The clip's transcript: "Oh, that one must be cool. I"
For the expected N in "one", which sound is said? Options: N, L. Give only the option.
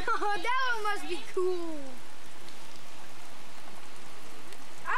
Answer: L